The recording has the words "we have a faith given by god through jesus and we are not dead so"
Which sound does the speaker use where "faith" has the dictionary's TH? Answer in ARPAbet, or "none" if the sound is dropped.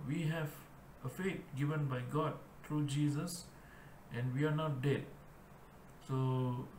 T